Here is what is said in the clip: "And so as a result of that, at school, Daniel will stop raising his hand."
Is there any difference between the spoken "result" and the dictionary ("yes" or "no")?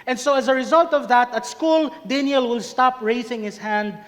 no